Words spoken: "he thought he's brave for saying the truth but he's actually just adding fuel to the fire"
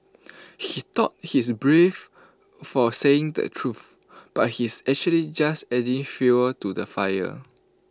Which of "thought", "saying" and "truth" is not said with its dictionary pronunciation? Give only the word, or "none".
thought